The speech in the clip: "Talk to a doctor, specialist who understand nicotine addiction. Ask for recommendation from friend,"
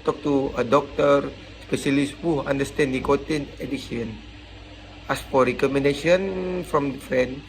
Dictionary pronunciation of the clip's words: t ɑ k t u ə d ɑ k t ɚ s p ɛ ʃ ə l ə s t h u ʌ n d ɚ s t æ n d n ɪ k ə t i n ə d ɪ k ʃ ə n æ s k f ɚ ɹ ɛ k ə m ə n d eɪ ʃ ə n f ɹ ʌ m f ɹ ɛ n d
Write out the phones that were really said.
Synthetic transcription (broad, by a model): t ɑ k t u ə d ɑ k t ɚ s p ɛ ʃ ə l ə s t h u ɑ n d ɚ s t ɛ n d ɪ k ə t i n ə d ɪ ʃ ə n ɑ s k f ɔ ɹ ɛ k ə m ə n d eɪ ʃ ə n f ɹ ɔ m f ɹ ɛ n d